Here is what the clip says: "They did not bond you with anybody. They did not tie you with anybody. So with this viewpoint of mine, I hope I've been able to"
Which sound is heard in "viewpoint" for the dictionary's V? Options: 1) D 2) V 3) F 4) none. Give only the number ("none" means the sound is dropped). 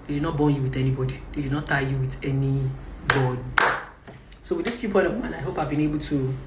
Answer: 3